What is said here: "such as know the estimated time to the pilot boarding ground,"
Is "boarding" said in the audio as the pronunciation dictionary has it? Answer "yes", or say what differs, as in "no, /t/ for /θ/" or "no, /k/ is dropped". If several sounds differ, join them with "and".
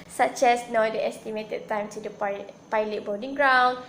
no, /l/ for /ɹ/